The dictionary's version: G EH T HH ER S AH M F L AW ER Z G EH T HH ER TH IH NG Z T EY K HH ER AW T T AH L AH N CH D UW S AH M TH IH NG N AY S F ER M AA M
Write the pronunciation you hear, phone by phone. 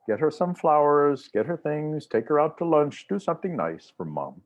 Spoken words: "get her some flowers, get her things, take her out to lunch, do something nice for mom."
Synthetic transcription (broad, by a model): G EH T HH ER S AH M F L AW ER Z G EH T HH ER TH IH NG Z T EY K HH ER AW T T AH L AH N CH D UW S AH M TH IH NG N AY S F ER M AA M